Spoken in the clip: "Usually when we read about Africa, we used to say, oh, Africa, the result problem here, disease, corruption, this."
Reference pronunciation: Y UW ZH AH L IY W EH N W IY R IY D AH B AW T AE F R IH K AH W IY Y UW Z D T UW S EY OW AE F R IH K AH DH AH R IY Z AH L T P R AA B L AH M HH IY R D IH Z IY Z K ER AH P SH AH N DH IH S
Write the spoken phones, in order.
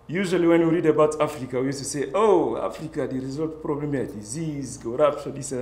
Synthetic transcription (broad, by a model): Y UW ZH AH L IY W EH N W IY R IY D AH B AW T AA F R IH K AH W IY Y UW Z T UW S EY OW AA F R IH K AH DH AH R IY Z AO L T P R AA B L AH M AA D IH Z IY Z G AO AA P S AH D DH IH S